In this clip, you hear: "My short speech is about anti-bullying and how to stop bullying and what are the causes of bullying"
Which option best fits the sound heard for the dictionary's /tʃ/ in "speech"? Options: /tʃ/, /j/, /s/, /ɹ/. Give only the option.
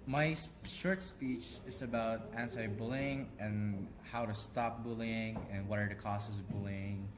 /tʃ/